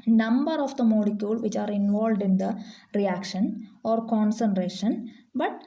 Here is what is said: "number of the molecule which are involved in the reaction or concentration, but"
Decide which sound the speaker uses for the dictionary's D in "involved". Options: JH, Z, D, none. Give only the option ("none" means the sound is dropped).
D